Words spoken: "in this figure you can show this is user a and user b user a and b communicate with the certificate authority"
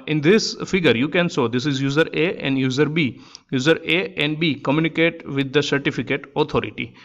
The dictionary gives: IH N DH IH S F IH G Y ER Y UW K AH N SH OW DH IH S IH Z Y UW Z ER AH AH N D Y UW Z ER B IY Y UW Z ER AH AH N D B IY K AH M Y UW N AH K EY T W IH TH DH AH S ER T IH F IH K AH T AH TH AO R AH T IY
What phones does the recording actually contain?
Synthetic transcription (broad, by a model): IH N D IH S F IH G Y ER Y UW K AH N S OW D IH S IH Z Y UW Z ER AH AH N D Y UW Z ER B IY Y UW Z ER AH AH N D B IY K AH M Y UW N AH K EY T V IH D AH S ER T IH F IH K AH T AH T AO R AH T IY